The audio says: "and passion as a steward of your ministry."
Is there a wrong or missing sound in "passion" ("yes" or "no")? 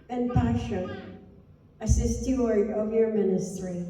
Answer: yes